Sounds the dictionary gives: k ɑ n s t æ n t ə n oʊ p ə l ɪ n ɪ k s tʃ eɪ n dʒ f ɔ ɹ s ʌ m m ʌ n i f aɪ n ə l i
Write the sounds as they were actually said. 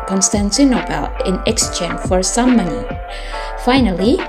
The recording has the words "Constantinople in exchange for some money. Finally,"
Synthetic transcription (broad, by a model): k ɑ n s t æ n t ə n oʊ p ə l ɪ n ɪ k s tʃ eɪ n f ɔ ɹ s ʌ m m ʌ n i f aɪ n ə l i